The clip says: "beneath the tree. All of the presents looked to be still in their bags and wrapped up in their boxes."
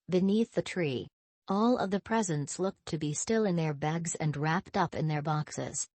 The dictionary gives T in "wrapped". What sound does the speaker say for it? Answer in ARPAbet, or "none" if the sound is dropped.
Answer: T